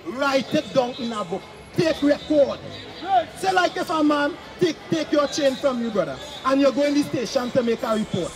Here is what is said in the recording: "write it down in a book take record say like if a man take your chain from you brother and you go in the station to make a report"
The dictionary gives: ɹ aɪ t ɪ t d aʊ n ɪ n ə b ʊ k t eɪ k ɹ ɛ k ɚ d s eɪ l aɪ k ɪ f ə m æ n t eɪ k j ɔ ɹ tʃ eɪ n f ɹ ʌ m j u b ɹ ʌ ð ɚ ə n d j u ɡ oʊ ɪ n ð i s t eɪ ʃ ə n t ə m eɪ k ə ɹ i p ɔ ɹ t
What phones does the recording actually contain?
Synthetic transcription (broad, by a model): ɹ aɪ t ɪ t d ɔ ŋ ɪ n ə b ʊ k t eɪ k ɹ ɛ k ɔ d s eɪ l aɪ k ɪ f ə m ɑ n t eɪ k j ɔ tʃ eɪ n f ɹ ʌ m j u b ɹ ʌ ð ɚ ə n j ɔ ɡ oʊ ɪ n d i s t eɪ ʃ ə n t ə m eɪ k ə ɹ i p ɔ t